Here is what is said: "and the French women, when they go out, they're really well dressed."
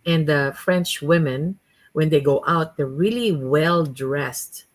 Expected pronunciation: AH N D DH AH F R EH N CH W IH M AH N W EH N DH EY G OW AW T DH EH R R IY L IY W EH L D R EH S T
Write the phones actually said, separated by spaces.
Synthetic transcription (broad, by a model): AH N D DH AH F R EH N CH W IH M AH N W EH N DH EY G OW AW T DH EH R R IY L IY W EH L D R EH S T